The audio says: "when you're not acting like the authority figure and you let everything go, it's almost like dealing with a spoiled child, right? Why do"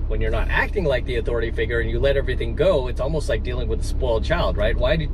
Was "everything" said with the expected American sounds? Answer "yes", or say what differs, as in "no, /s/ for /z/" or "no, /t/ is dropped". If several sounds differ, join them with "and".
yes